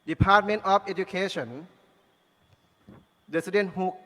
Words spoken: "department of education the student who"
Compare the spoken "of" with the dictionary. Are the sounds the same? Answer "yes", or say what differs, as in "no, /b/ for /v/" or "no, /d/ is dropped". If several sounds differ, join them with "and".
no, /f/ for /v/